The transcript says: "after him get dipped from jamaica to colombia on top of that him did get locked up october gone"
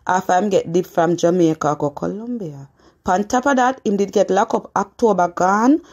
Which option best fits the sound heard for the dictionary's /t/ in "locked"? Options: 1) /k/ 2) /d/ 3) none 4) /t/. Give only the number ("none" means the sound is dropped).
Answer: 3